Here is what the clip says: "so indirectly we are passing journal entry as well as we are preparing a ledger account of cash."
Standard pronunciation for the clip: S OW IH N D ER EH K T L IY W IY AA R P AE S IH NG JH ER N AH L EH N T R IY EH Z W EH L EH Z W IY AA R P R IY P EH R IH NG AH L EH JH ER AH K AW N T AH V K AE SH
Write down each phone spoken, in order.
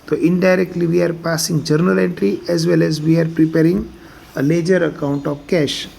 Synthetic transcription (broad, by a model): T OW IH N D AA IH K T L IY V IY AA R P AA S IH NG JH ER N AH L EH N T R IY EH Z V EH L EH Z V IY AA R P R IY P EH R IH NG AH L EH JH ER AH K AW N T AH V K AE SH